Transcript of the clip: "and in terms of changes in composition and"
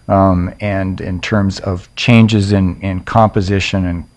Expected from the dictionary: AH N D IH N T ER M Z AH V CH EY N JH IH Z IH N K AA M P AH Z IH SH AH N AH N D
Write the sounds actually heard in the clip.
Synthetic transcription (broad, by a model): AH N IH N T ER M Z AH V CH EY N JH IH Z IH N K AA M P AH Z IH SH AH N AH N